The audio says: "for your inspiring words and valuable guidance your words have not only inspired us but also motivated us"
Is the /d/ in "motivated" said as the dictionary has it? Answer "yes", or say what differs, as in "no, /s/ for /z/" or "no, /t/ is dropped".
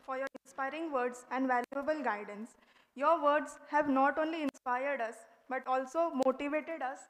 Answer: yes